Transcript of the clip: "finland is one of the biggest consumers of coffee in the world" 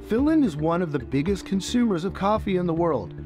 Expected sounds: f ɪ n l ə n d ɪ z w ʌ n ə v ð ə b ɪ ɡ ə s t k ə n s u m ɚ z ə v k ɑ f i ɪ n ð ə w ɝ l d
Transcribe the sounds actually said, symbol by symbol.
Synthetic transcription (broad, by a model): f ɪ l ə n ɪ z w ʌ n ə v ð ə b ɪ ɡ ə s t k ə n s u m ɚ z ə v k ɑ f i ɪ n ð ə w ɝ l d